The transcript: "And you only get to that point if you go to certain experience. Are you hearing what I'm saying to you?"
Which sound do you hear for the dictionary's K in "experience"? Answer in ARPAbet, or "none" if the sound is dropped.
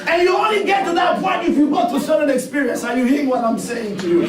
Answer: K